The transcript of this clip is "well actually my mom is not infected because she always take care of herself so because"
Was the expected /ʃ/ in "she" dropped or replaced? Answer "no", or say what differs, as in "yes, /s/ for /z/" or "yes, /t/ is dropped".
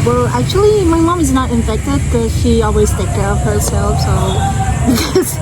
no